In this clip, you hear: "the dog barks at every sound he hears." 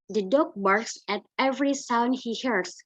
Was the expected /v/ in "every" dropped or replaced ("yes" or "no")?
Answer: no